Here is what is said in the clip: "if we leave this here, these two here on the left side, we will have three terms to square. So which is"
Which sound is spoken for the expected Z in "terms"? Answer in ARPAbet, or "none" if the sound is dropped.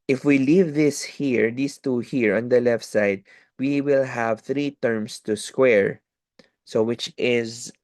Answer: S